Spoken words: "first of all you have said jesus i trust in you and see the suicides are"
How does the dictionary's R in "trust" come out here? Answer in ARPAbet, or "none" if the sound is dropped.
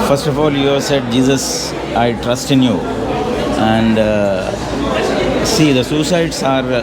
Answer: R